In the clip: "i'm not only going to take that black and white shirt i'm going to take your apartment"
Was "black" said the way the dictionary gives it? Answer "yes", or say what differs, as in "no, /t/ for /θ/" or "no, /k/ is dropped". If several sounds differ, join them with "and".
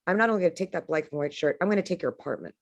no, /k/ is dropped